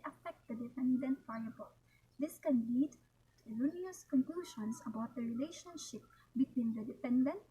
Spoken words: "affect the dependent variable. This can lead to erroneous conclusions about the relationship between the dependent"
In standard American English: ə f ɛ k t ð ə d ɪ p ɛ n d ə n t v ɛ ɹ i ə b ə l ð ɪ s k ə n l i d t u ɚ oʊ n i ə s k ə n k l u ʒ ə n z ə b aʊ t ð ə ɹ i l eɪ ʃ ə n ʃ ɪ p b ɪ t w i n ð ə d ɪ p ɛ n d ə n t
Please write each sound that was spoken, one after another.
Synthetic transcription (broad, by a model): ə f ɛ k t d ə d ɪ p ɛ n d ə n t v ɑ i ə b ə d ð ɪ s k ə n l i d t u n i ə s k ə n k l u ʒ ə n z ə b aʊ t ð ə ɹ i l eɪ ʃ ə n ʃ ɪ p b ɪ t w i n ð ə d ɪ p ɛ n d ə n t